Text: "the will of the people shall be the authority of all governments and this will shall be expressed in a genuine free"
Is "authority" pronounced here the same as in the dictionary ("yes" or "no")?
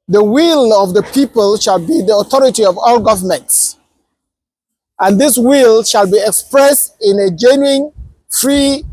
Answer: yes